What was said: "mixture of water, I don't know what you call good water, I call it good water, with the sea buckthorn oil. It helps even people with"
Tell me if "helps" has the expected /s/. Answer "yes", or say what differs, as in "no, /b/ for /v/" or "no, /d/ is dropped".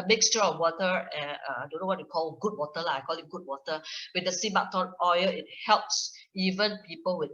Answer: yes